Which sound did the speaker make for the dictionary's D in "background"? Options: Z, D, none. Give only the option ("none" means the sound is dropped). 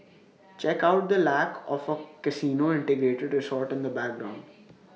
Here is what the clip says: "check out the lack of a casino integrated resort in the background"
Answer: D